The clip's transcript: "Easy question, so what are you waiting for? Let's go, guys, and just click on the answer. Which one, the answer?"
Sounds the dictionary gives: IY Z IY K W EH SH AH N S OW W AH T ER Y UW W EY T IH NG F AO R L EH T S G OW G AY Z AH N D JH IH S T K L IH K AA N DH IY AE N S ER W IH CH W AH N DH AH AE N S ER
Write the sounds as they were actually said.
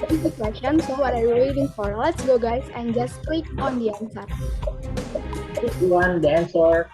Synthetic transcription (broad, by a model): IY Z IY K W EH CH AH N S OW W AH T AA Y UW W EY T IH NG F AO R L EH T S G OW G AY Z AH N JH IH S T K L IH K AA N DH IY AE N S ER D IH S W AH N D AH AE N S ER